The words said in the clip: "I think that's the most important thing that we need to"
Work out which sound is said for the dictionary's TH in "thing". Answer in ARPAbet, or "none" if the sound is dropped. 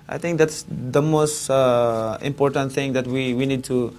T